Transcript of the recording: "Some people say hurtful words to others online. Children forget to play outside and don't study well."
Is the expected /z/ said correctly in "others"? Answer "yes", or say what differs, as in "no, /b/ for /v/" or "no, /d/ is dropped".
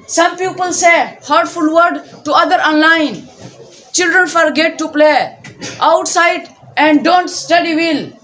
no, /z/ is dropped